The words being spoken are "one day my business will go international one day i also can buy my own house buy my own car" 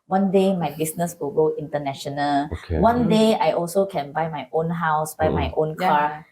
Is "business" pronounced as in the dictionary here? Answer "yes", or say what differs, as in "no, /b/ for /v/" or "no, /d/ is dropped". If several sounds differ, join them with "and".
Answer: no, /s/ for /z/